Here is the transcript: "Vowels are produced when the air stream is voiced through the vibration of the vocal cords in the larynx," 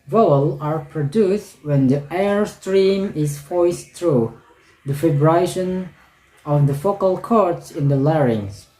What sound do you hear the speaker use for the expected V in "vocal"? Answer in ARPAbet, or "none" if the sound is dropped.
F